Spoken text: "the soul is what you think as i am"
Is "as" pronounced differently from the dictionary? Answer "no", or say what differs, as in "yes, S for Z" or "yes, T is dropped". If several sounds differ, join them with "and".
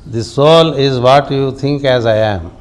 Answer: no